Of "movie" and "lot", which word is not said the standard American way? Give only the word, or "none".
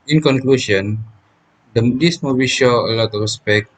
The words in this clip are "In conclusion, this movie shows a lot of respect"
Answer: movie